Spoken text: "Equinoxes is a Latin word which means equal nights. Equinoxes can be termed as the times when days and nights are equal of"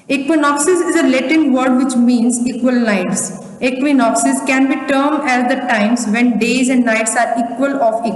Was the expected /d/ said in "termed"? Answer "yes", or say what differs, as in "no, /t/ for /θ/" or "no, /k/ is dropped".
no, /d/ is dropped